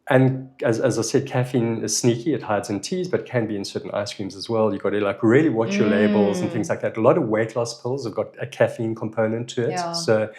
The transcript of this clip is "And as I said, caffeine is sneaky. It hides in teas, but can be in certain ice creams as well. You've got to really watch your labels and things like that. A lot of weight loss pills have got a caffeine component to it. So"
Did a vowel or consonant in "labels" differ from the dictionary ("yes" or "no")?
no